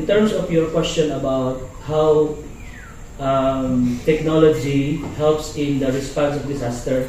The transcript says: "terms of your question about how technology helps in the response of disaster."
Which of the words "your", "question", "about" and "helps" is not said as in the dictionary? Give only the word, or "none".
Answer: none